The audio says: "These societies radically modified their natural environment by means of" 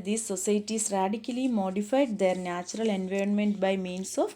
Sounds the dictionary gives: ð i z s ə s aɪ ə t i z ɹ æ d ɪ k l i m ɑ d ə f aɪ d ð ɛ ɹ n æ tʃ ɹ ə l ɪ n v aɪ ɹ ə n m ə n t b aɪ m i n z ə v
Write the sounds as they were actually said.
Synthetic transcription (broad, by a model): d i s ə s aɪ t i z ɹ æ d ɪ k l i m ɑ d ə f aɪ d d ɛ ɹ n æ tʃ ɹ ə l ɪ n v aɪ ɹ ə n m ə n t b aɪ m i n s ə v